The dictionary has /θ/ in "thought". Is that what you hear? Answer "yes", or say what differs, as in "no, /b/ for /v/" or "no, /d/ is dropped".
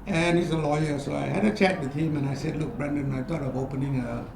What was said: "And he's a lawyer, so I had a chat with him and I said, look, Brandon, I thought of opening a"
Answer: no, /t/ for /θ/